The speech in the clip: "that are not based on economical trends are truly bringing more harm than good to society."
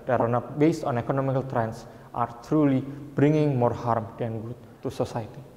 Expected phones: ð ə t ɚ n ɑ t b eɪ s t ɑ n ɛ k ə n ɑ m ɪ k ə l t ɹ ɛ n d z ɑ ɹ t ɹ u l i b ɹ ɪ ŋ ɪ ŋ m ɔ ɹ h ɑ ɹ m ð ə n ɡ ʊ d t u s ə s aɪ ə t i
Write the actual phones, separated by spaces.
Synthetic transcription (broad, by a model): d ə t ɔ n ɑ b eɪ s t ɑ n ɛ k ə n ɑ m ɪ k ə l t ɹ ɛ n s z ɑ ɹ t ɹ u l i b ɹ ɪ ŋ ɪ ŋ m ɔ ɹ h ɑ ɹ m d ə n ɡ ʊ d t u s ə s aɪ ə t i